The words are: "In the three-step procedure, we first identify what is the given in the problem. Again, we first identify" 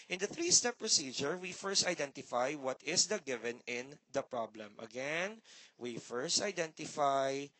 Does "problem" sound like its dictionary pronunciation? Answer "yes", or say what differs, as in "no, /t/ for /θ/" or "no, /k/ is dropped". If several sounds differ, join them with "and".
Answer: yes